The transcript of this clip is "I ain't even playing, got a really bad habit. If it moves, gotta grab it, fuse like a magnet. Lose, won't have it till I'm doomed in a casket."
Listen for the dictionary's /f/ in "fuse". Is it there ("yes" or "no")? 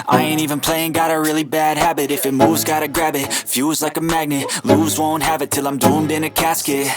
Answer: yes